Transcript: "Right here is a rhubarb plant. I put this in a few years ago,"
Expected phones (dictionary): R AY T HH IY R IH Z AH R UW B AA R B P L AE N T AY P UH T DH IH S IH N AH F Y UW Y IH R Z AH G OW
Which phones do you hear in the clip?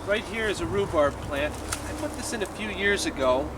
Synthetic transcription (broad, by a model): R AY T HH IY R IH Z AH R UW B AA R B P L AE N T AY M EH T DH IH S IH N AH F Y UW Y IH R Z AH G OW